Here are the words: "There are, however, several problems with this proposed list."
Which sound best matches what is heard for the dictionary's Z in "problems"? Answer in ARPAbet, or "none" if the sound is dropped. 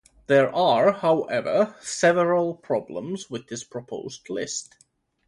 Z